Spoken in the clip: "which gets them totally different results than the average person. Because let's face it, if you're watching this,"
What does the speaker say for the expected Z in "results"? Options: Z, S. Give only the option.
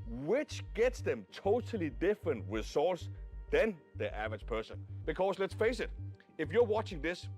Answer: S